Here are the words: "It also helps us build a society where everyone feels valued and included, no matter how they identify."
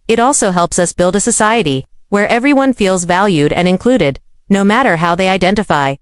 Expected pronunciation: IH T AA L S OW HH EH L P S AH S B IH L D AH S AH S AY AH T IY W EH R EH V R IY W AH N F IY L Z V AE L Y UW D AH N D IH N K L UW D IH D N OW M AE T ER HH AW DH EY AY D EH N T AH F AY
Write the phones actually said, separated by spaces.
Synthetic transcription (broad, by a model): IH T AA L S OW HH EH L P S AH S B IH L D AH S AH S AY AH T IY W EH R EH V R IY W AH N F IY L Z V AE L Y UW D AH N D IH N K L UW D IH D N OW M AE T ER HH AW DH EY AY D EH N T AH F AY